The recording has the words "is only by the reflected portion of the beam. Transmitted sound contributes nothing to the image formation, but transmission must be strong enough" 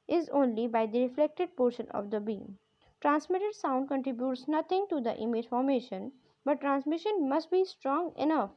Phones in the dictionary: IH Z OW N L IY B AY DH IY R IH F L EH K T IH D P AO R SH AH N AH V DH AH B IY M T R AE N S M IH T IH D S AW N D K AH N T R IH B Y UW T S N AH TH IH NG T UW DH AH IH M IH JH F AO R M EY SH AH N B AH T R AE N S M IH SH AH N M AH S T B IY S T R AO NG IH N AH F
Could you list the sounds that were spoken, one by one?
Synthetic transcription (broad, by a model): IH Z OW N L IY B AY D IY R IH F L EH K T IH D P AO R SH AH N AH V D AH B IY M T R AE N S M IH T IH D S AW N D K AH N T R IH B Y UW T S N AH T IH NG T UW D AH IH M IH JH F AO R M EY SH AH N B AH T R AE N S M IH SH AH N M AH S T B IY S T R AO NG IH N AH F